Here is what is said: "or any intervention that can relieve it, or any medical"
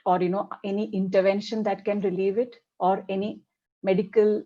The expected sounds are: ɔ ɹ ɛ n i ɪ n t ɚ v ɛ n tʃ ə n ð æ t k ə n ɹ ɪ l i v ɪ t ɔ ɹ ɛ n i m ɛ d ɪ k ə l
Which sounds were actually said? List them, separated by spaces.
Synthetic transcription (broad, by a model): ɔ ɹ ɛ n i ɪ n t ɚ v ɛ n ʃ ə n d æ t k ə n ɹ ɪ l i v ɪ t ɔ ɹ ɛ n i m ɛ d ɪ k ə l